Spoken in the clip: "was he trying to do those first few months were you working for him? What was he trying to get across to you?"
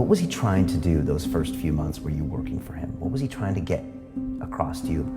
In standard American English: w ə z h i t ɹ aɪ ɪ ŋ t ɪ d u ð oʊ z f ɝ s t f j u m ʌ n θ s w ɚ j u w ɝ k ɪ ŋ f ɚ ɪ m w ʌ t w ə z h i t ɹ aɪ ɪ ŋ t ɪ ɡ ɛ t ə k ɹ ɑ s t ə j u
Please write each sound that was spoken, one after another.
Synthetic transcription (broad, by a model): w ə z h i t ɹ aɪ ɪ ŋ t ɪ d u ð oʊ z f ɝ s t f j u m ʌ n θ s w ɚ j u w ɝ k ɪ ŋ f ɚ ɪ m w ʌ t w ə z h i t ɹ aɪ ɪ ŋ t ɪ ɡ ɛ t ə k ɹ ɑ s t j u